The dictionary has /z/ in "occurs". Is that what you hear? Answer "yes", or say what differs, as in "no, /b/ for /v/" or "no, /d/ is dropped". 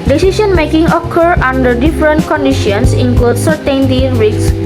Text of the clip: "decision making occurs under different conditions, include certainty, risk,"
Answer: no, /z/ is dropped